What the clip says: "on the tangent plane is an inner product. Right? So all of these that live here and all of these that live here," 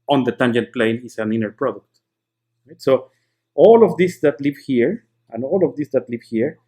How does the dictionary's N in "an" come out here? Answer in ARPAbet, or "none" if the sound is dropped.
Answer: N